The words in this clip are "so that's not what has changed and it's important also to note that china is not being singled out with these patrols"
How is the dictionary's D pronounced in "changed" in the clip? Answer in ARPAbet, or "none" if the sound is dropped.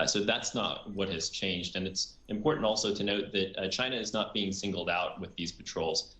D